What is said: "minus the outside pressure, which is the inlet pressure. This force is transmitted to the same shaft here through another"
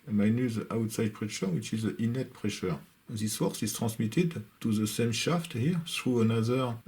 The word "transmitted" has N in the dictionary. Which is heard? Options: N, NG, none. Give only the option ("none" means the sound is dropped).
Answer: none